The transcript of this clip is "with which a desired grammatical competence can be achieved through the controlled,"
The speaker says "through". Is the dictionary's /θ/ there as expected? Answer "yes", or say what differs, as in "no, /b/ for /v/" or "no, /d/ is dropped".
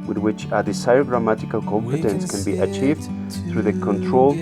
yes